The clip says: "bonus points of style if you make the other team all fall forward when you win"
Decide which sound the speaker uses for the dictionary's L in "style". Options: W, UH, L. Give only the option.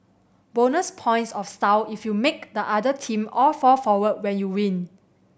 W